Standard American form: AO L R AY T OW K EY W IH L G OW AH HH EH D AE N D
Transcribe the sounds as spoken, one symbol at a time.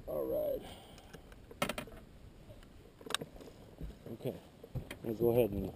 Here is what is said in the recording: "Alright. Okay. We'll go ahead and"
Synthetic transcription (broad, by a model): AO L R AY T OW K EY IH N G OW AH HH EH D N